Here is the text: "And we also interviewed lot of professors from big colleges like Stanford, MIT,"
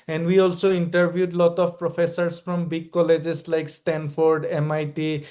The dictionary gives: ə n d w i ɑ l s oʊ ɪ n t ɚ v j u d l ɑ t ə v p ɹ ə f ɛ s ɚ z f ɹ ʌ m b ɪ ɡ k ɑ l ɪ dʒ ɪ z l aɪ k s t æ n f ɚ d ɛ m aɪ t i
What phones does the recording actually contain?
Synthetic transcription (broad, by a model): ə n d w i ɑ l s oʊ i n t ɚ b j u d l ɑ t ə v p ɹ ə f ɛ s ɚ s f ɹ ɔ m b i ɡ k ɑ l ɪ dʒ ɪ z l aɪ k s t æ n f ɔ d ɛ m aɪ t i